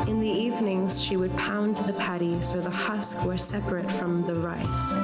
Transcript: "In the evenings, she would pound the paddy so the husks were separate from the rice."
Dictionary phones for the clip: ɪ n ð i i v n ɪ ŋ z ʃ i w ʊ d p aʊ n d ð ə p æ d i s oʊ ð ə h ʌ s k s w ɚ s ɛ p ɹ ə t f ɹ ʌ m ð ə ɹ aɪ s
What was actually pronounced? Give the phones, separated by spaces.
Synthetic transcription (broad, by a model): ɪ n ð i i v n ɪ ŋ z ʃ i w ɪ d p aʊ n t ð ə p æ d i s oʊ ð ə h ʌ s k w ɚ s ɛ p ɹ ə t f ɹ ʌ m ð ə ɹ aɪ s